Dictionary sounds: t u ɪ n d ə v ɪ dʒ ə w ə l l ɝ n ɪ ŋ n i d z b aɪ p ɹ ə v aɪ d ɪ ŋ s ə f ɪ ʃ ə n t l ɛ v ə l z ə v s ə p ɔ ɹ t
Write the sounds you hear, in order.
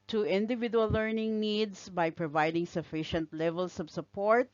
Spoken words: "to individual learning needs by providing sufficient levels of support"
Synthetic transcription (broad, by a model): t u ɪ n d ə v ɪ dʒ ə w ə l l ɝ n ɪ ŋ n i d s b aɪ p ɹ ə v aɪ d ɪ ŋ s ə f ɪ ʃ ə n t l ɛ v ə l s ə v s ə p ɔ ɹ t